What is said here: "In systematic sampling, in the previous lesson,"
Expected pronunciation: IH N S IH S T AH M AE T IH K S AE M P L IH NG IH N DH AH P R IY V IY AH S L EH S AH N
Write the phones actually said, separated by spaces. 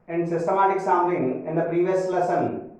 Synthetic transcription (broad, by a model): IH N S IH S T AH M AE T IH K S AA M L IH NG IH N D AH P R IY V IY AH S L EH S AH N